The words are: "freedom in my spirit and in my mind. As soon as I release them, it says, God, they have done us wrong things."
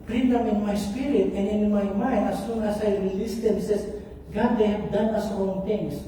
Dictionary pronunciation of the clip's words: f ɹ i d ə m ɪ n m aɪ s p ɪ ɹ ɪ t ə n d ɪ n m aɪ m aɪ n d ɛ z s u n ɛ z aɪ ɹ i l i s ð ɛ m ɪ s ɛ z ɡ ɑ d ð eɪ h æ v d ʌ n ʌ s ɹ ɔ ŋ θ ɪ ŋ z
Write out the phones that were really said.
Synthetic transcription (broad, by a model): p ɹ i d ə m ɪ n m aɪ s p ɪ ɹ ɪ t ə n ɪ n m aɪ m aɪ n ɑ s u n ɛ s aɪ ɹ i l i s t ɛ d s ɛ s ɡ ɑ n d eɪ h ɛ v d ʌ n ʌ s ɹ ɔ ŋ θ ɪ ŋ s